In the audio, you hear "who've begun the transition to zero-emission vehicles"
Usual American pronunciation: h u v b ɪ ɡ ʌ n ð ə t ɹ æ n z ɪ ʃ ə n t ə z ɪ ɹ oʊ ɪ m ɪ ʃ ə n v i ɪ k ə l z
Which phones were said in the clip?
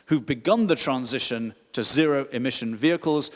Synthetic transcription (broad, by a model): h u v b ɪ ɡ ʌ n ð ə t ɹ æ n z ɪ ʃ ə n t ə z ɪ ɹ oʊ ɪ m ɪ ʃ ə n v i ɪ k ə l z